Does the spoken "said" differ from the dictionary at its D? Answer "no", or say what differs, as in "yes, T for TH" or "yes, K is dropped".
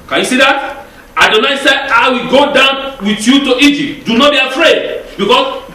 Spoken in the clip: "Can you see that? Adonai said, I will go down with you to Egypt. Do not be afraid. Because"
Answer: yes, D is dropped